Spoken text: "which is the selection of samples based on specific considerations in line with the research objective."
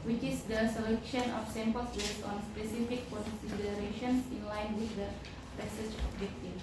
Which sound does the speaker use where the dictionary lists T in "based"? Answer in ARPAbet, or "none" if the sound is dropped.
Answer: none